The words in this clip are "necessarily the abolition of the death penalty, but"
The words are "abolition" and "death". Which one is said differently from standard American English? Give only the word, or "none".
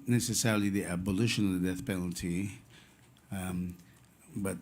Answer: none